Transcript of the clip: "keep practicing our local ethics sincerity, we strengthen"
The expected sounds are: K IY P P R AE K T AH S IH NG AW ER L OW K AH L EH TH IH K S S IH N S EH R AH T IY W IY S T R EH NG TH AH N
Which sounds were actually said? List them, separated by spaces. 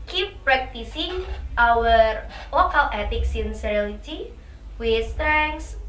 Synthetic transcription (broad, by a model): K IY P P R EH K T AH S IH NG AW ER L OW K AH L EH T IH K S S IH N S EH L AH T IY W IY S T R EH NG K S